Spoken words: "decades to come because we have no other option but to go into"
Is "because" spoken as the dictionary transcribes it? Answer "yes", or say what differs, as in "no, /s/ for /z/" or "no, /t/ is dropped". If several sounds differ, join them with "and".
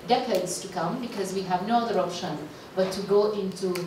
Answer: yes